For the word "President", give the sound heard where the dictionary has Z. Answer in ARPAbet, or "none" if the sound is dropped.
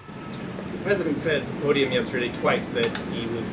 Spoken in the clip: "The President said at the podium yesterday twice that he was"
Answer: Z